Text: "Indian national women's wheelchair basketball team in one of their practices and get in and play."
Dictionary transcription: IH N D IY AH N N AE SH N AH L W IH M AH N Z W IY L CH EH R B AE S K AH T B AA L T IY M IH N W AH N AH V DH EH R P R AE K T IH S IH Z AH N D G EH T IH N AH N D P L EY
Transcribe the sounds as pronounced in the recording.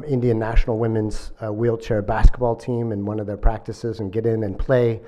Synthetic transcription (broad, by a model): IH N D IY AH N N AE SH N L W IH M AH N Z W IY L CH EH R B AE S K AH T B AA L T IY M IH N W AH N AH V DH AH R P R AE K T IH S IH Z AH N G EH T IH N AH N P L EY